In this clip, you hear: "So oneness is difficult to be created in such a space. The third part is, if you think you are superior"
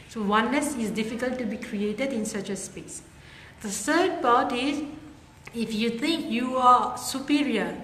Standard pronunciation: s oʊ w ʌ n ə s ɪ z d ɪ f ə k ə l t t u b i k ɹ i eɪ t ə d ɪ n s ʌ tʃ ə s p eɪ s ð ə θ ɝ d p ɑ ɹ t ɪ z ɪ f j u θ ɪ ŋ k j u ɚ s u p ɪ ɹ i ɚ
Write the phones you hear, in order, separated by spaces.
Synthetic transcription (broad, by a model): s oʊ w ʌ n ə s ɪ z d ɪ f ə k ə l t t u b i k ɹ i eɪ t ə d ɪ n s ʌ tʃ ə s p eɪ s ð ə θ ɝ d p ɑ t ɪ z ɪ f j u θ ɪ ŋ k j u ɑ s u p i ɹ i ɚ